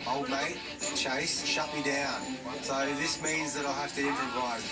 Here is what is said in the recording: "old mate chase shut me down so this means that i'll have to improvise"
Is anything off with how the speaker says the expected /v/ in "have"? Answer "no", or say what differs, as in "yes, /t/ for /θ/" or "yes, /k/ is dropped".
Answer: yes, /f/ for /v/